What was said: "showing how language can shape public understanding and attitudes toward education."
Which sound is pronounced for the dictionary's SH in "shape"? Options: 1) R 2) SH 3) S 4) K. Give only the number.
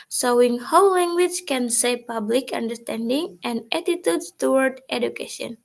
3